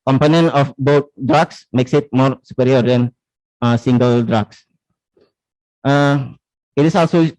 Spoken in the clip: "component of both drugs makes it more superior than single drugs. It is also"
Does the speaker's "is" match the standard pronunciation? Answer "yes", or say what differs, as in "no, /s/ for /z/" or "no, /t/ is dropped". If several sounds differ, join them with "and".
no, /s/ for /z/